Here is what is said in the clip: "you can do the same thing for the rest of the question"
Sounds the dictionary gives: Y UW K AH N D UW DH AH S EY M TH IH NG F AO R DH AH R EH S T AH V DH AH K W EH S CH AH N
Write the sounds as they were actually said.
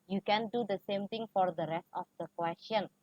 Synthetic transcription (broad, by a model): Y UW K AH N D UW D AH S EY M T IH NG F AO R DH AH R EH S T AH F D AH K W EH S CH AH N